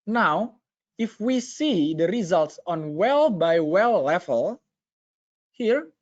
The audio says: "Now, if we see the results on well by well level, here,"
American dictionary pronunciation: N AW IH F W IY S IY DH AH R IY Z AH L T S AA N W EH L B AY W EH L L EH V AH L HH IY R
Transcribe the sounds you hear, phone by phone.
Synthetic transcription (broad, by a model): N AW IH F W IY S IY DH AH R IY Z AH L T S AA N W EH L B AY W EH L L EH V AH L HH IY R